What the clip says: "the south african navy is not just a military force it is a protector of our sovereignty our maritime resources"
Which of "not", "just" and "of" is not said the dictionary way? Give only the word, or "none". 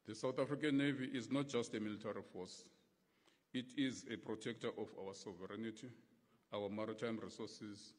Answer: of